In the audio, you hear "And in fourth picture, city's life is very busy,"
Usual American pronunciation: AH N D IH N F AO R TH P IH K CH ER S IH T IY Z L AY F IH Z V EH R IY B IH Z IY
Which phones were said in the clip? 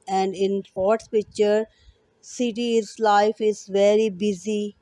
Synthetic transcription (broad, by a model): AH N D IH N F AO R S P IH K CH ER S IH T IY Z L AY F IH Z V EH R IY B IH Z IY